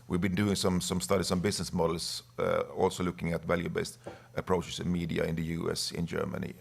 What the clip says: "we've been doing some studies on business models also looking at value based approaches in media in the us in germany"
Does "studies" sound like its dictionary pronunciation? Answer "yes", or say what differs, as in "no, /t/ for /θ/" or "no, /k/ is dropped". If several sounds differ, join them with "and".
no, /s/ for /z/